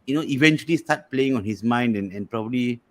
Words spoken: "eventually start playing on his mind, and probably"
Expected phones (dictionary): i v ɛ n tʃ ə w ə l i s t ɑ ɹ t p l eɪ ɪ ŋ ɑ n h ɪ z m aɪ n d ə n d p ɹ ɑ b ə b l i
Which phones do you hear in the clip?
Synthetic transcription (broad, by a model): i v ɛ n tʃ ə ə l i s t ɑ t p l eɪ ɪ ŋ ɑ n h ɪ s m aɪ n d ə n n p ɹ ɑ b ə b l i